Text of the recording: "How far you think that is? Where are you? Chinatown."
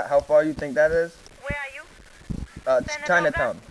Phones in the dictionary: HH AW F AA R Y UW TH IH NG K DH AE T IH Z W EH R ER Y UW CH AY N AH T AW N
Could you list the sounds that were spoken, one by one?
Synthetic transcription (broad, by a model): HH AW F AA R Y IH TH IH NG K DH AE T IH Z W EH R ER Y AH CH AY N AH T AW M